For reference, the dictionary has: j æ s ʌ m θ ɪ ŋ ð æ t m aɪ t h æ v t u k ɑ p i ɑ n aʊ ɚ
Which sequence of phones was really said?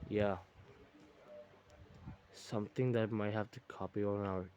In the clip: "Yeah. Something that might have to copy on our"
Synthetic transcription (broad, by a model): j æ s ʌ m t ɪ ŋ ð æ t m aɪ t h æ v t u k ɑ p i ɑ n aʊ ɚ